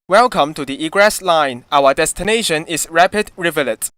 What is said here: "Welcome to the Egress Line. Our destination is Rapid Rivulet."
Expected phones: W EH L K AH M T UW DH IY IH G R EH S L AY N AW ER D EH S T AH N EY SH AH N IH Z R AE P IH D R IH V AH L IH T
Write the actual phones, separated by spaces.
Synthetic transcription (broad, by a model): W EH L K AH M T UW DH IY IH G R EH S L AY N AW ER D EH S T AH N EY SH AH N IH S R AE P IH D R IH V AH L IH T